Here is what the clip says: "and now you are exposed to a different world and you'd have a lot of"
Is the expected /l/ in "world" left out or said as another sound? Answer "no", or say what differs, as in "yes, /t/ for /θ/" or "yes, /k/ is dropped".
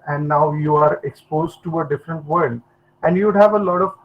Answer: yes, /l/ is dropped